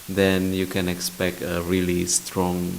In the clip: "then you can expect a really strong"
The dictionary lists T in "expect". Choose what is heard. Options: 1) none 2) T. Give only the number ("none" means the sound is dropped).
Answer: 2